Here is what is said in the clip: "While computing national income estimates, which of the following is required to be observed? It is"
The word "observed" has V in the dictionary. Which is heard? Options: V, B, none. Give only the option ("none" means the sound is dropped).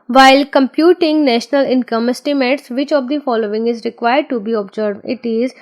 none